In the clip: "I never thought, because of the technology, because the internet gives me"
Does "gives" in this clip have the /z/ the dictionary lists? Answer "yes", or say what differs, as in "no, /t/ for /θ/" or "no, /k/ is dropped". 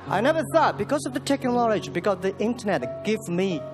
no, /z/ is dropped